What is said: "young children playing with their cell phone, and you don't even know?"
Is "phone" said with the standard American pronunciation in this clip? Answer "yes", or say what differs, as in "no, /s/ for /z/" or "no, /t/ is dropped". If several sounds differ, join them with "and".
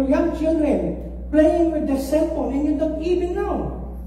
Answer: no, /l/ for /n/